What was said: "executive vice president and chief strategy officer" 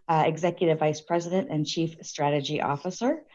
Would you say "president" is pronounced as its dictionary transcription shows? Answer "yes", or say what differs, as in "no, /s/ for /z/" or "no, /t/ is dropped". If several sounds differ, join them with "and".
yes